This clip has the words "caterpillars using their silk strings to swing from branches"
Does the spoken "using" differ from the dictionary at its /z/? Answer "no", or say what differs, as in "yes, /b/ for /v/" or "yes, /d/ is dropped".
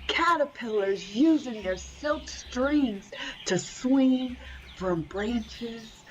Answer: no